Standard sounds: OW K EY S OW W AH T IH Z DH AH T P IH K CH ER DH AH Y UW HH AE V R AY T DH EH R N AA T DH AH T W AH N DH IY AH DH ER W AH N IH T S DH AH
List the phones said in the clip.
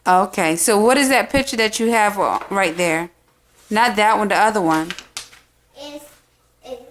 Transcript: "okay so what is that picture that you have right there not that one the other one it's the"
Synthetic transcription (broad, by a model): OW K EY S OW W AH T IH Z DH AH T P IH K CH ER DH AH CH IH V R AY T DH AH R N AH T DH AH T W AH N DH IY AH DH ER W AH N